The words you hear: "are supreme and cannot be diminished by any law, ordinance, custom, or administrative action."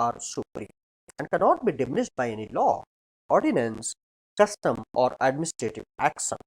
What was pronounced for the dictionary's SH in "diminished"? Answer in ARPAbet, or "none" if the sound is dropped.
S